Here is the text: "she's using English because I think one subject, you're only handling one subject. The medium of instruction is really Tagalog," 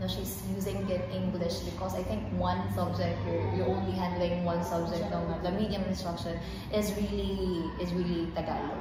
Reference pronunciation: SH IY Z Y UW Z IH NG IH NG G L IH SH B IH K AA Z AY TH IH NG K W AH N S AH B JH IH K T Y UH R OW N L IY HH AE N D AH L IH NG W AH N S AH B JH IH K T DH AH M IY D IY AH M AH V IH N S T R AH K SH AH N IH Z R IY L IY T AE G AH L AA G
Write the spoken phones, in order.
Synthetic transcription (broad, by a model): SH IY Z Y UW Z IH NG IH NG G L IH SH B IH K AA Z AY T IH NG K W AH N S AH B JH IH K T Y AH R OW N L IY HH AE N D AH L IH NG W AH N S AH B JH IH K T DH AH M IY D IY AH M IH N S T R AH K SH AH N IH Z R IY L IY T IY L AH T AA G